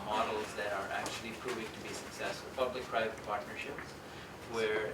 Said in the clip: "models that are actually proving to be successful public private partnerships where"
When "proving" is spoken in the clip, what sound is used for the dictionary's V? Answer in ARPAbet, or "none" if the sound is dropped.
V